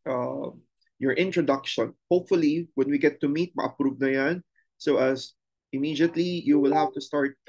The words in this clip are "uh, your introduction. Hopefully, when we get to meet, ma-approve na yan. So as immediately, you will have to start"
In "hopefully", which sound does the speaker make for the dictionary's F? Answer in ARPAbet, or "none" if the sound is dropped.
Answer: F